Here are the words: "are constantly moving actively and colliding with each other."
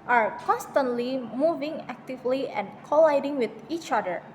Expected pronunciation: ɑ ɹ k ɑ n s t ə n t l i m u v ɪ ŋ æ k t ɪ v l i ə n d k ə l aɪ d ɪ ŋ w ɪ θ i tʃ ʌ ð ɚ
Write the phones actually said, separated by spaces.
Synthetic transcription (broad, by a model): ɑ ɹ k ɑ n s t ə n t l i m u v ɪ ŋ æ k t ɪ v l i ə n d k ə l aɪ d ɪ ŋ w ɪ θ i tʃ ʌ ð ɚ